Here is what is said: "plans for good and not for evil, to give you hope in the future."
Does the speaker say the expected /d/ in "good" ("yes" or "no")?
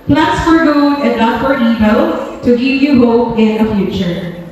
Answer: no